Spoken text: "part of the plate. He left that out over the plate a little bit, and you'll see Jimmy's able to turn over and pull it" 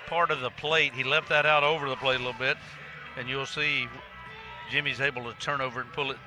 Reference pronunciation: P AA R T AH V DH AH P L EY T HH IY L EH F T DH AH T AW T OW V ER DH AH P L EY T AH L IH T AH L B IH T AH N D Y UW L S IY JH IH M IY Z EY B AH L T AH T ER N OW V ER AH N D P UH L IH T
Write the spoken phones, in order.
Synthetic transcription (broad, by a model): P AA R T AH V DH AH P L EY T HH IY L EH F T DH AH T AW T OW V ER DH AH P L EY T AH L IH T L B IH T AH N Y UW L S IY JH IH M IY Z EY B L T AH T ER N OW V ER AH N P UH L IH T